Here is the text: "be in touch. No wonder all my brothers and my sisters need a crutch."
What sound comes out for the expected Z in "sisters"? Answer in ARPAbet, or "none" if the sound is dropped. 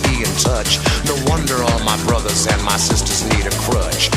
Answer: Z